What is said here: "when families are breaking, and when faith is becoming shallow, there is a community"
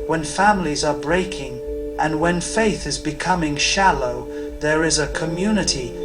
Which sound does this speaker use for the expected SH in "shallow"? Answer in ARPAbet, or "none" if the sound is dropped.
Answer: SH